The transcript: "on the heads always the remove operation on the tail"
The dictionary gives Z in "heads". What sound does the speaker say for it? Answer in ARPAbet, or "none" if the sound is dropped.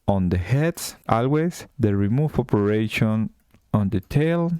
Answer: S